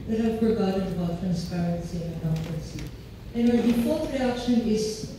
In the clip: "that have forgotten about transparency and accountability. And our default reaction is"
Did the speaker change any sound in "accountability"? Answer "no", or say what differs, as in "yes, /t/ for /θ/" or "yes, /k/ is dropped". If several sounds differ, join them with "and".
yes, /s/ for /t/